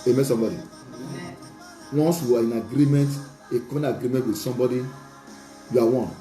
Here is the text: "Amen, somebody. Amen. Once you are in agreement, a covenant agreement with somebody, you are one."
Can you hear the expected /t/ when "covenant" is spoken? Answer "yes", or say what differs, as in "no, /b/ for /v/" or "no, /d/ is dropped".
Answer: no, /t/ is dropped